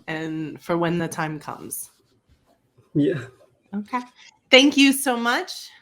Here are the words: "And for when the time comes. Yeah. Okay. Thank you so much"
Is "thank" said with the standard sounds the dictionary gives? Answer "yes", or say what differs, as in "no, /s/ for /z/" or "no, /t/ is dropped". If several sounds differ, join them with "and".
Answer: yes